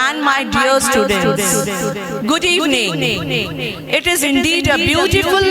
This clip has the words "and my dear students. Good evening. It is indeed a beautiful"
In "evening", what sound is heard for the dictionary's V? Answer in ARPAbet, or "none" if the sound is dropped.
none